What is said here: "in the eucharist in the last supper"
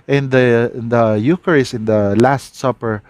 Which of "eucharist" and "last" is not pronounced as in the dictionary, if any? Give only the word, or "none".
eucharist